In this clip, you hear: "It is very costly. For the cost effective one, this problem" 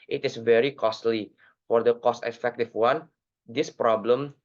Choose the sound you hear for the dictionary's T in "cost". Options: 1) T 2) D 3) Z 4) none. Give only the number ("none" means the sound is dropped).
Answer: 1